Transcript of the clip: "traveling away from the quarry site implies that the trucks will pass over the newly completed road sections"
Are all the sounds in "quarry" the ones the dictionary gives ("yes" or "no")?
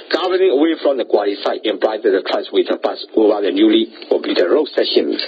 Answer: no